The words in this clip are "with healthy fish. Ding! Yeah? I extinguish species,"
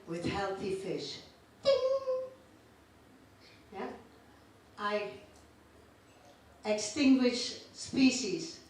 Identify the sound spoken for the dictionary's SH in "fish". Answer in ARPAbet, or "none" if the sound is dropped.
SH